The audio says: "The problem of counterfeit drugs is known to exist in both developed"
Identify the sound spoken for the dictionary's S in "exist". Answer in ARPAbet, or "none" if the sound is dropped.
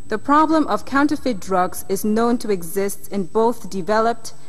S